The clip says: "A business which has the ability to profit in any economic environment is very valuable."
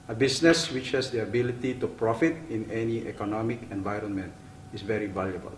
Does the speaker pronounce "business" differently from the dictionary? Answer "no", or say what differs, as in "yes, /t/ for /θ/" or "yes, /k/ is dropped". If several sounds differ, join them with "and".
yes, /s/ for /z/